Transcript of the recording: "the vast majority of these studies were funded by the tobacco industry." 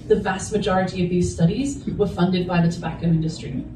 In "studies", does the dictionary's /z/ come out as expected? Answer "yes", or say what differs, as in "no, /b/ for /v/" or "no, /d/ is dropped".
yes